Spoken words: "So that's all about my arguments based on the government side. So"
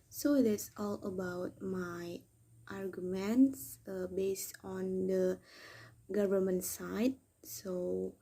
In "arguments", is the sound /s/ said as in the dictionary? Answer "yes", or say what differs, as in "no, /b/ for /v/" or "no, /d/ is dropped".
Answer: yes